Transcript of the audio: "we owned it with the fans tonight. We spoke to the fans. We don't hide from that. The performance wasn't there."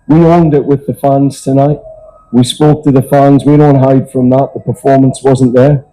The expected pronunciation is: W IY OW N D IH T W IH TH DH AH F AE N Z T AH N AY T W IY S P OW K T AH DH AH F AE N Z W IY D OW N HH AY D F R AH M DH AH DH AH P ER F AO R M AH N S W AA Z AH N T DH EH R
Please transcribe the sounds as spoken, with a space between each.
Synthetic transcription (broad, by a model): W IY OW N D IH T W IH DH AH F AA N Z T AH N AY T W IY S P OW K T AH DH AH F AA N Z W IY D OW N HH AY D F R AH M DH AH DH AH P ER F AO R M AH N S W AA Z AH N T DH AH R